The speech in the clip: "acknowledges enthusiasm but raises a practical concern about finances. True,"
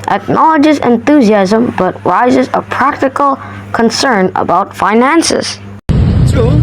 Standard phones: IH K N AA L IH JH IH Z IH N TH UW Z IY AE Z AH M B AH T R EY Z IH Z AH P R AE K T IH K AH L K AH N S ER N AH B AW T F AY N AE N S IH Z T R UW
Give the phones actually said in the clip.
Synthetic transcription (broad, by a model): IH K N AA L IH JH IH Z IH N TH UW Z IY AE Z AH M B AH T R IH Z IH Z AH P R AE K T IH K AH L K AH N S ER N AH B AW T F AY N AE N S IH Z